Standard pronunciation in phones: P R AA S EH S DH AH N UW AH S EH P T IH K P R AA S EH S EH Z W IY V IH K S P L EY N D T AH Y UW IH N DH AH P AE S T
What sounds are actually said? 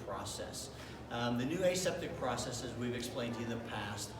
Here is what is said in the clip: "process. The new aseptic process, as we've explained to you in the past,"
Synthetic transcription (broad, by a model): P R AA S EH S DH AH N UW AH S EH P T IH K P R AA S EH S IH Z W IY V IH K S P L EY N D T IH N DH AH P AE S T